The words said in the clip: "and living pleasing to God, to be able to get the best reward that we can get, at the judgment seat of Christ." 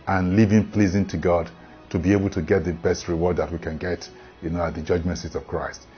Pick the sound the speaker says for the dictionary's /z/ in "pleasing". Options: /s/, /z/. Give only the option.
/z/